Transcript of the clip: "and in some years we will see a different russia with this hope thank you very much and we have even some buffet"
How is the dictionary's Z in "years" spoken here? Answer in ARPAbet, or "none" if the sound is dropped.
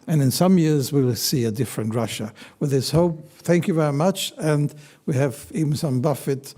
Z